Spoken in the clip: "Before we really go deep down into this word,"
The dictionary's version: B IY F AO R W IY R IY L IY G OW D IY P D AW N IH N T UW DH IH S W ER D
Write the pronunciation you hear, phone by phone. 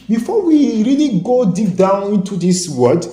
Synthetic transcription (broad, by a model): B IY F AO W IY R IY L IY G OW D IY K D AW N IH N T UW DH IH S W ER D